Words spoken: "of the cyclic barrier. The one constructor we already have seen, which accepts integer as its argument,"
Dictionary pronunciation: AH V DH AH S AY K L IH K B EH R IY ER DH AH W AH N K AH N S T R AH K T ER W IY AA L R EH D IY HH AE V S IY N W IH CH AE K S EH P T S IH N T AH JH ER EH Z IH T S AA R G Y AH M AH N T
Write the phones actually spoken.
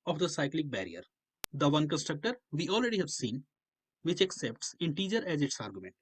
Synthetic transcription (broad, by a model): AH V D AH S AY K L IH K B EH R IY ER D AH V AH N K AH N S T R AH K T ER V IY AA L R EH D IY HH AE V S IY N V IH CH AE K S EH P T S IH N T AH JH ER EH Z IH T S AA R G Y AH M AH N T